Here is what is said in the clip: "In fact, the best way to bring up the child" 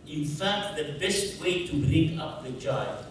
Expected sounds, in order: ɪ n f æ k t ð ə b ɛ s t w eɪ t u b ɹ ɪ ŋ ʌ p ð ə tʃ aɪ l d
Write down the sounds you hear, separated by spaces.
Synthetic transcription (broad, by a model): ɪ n f æ k t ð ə b ɛ s t w eɪ t u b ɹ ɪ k ʌ p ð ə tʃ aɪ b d